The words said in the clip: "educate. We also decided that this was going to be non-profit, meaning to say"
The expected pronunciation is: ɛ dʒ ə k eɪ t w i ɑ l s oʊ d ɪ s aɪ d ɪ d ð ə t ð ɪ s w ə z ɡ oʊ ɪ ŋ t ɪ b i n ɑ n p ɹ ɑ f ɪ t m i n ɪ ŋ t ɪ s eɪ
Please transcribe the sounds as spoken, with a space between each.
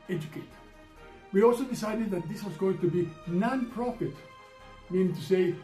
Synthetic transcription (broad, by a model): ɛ dʒ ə k eɪ t w i ɑ l s oʊ d ɪ s aɪ d ɪ d ð ə t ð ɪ s w ə z ɡ oʊ ɪ ŋ t ɪ b i n ɑ n p ɹ ɑ f ɪ t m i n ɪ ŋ t ɪ s eɪ